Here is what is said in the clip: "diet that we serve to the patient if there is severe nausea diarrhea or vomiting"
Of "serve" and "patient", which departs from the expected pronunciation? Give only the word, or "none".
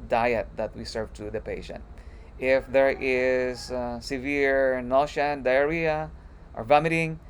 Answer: none